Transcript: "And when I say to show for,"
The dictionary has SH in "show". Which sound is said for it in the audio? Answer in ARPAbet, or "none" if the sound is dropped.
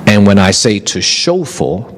SH